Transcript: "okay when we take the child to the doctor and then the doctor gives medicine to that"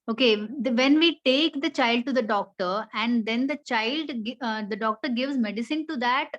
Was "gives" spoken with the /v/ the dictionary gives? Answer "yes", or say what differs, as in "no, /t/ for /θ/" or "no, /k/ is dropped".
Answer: yes